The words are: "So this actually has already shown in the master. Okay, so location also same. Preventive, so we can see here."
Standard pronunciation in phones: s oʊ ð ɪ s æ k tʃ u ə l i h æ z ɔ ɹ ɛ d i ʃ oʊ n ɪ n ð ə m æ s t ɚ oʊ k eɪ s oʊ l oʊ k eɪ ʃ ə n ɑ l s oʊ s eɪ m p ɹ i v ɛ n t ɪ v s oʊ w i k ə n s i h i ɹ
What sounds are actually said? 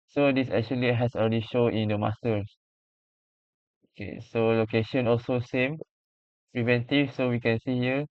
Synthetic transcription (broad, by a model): s oʊ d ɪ s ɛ k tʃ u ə l i h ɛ s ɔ l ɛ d i ʃ oʊ ɪ n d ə m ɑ s t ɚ oʊ k eɪ s oʊ l oʊ k eɪ ʃ ə n ɑ l s oʊ s eɪ m p ɹ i v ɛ n t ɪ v s oʊ w i k ə n s i h i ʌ